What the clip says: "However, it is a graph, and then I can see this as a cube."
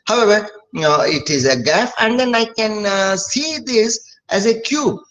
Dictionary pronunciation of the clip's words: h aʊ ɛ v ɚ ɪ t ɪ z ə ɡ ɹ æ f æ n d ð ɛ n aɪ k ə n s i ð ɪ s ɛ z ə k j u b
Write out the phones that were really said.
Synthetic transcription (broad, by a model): h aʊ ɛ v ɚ ɪ t ɪ z ə ɡ æ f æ n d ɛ n aɪ k ə n s i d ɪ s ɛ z ə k j u b